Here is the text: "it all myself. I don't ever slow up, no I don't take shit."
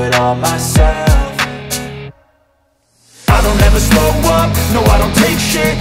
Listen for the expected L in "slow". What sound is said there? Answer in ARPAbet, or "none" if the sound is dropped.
none